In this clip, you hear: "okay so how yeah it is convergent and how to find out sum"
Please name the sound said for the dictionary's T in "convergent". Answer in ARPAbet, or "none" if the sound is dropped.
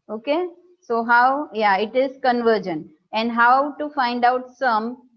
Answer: none